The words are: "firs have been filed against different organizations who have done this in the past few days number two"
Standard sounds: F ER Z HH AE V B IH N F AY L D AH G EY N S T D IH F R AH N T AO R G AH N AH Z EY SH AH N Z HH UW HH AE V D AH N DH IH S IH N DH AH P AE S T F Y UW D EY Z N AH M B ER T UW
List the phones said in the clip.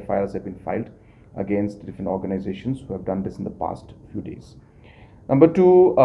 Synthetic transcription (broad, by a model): F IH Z HH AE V B IH N F AY L D AH G EY N S T D IH F R AH N T AO R G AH N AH Z EY SH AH N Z HH UW HH AE V D AH N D IH S IH N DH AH P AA S T F Y UW D EY Z N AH M B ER T UW